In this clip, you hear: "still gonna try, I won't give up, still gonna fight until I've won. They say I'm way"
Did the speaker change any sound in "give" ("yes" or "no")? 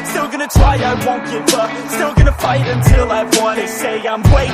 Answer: yes